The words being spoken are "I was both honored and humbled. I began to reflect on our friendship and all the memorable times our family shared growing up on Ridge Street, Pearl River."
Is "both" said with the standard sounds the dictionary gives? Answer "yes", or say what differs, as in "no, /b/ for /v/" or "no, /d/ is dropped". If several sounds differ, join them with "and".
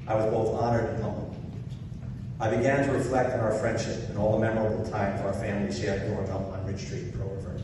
yes